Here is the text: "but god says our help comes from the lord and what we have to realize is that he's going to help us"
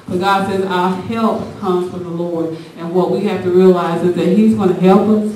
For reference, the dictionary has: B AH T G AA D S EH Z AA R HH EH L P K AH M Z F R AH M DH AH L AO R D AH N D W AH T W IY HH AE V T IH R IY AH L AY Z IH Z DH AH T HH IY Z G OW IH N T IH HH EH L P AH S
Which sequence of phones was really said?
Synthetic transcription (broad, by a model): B AH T G AA D S EH Z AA HH EH L P K AH M Z F R AH M DH AH L AO R D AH N W AH T W IY HH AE F T IH R IY AH L AY Z IH Z DH AH T HH IY Z G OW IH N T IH HH EH L P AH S